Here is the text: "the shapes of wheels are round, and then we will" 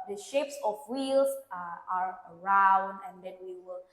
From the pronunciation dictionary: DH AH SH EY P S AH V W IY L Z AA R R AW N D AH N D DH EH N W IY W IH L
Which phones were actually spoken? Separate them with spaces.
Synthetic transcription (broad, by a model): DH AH SH EY P S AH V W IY L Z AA R R AW N D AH N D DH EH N W IY W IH L